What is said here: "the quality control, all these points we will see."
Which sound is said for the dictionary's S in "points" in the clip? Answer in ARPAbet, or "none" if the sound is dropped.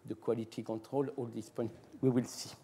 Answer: none